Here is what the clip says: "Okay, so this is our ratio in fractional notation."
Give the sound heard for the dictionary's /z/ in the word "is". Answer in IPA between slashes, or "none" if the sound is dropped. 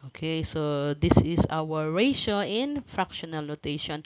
/s/